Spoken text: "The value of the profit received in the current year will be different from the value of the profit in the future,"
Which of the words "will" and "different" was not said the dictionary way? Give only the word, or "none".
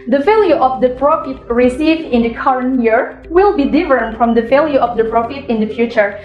different